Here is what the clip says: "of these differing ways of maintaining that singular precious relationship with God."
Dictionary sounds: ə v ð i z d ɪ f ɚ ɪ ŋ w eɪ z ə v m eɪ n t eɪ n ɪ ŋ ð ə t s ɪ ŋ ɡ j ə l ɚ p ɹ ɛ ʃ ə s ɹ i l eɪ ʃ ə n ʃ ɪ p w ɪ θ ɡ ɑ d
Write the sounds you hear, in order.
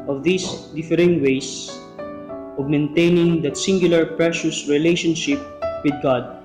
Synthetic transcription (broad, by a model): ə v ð i s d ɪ f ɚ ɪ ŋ w eɪ s ə v m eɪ n t eɪ n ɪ ŋ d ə t s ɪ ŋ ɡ j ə l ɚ p ɹ ɛ ʃ ə s ɹ i l eɪ ʃ ə n ʃ ɪ p w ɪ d ɡ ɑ d